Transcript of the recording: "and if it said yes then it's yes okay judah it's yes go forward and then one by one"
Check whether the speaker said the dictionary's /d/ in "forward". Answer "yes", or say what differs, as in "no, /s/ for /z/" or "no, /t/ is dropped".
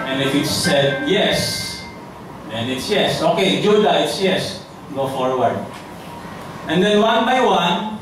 no, /d/ is dropped